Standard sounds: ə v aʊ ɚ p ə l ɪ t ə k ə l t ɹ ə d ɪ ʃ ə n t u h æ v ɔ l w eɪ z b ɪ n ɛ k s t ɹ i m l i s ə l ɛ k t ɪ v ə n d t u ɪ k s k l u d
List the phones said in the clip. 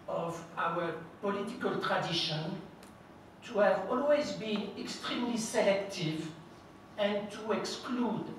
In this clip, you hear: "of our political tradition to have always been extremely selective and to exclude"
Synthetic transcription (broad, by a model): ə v aʊ ɚ p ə l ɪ t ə k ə l t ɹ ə d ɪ ʃ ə n t u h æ v ɔ l w eɪ z b ɪ n ɛ k s t ɹ i m l i s ə l ɛ k t ɪ v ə n t u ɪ k s k l u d